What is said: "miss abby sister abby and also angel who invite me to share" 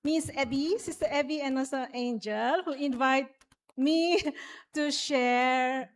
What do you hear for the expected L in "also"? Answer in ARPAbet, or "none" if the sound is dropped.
none